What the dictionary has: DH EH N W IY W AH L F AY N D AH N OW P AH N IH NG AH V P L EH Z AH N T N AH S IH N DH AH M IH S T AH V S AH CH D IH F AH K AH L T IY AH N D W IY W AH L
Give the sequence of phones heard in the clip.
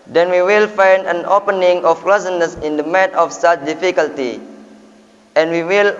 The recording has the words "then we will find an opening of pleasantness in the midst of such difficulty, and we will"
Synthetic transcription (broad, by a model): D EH N W IY W AH L F AY N D AH N OW P AH N IH NG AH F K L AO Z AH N N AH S IH N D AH M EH T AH F S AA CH D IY F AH K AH L T IY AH N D W IY W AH L